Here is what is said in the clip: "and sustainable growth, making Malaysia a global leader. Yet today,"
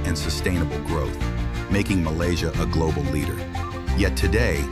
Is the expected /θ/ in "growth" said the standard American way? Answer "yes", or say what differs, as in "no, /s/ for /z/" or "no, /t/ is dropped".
yes